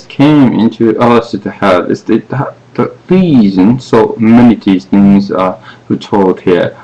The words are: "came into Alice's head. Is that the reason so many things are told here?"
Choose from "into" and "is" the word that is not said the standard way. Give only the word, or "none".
is